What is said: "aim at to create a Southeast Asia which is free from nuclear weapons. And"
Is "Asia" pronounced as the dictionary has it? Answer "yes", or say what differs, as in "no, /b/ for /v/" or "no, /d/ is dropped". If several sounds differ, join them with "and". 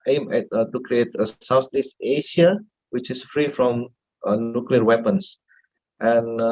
no, /ʃ/ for /ʒ/